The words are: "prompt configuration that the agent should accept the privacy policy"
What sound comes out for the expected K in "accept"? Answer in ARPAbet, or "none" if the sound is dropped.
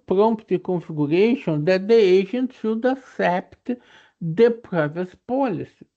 none